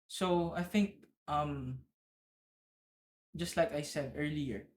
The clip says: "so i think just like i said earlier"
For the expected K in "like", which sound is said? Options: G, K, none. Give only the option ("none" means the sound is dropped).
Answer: K